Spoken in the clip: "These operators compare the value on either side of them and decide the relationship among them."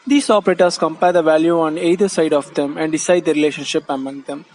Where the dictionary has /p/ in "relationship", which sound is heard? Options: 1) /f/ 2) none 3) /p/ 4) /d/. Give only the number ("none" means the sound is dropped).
3